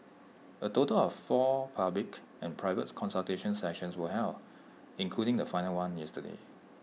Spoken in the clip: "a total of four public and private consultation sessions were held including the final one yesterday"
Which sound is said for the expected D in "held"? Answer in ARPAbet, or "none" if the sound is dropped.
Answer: none